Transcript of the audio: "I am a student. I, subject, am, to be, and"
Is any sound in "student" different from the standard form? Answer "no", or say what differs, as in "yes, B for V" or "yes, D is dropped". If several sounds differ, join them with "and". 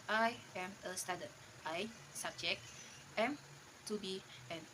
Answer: yes, N is dropped